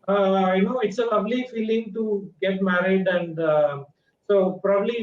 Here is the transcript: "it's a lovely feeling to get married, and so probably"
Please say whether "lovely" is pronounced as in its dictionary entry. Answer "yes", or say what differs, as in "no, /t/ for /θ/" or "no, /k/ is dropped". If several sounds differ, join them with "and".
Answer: no, /b/ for /v/